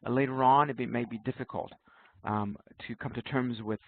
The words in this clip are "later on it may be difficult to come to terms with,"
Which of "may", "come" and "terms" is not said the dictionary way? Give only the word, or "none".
none